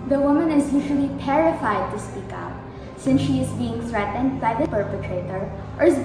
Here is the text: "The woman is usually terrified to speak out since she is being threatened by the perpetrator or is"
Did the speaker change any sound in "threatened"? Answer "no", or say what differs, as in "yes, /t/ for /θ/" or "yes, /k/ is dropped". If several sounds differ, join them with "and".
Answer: no